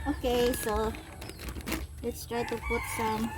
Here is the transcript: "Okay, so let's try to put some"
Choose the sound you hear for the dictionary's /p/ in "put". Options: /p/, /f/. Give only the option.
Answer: /f/